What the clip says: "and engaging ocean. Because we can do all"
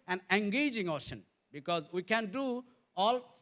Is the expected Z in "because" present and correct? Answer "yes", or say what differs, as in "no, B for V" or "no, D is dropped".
yes